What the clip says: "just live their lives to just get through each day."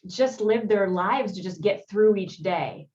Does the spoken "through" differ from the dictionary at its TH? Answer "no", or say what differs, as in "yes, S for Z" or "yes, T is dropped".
no